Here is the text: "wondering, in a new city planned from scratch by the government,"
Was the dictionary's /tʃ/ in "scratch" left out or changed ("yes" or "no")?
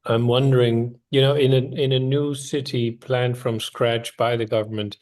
no